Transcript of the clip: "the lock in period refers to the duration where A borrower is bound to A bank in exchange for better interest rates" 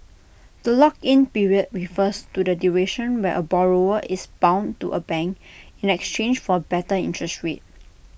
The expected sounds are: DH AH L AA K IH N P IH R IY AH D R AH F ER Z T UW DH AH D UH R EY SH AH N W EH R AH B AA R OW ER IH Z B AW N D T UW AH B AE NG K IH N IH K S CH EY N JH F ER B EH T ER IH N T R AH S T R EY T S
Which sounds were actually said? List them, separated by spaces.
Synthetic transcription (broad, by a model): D AH L AA K IH N P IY R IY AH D R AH F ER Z T UW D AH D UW R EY SH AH N W EH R AH B AA R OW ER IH S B AW N T UW AH B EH NG K IH N IH K S CH EY N JH F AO B EH T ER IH N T R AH S T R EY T